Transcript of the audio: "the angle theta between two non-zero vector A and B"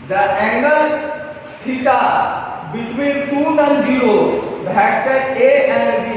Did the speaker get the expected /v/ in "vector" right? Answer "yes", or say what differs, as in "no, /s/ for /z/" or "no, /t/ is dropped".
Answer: no, /b/ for /v/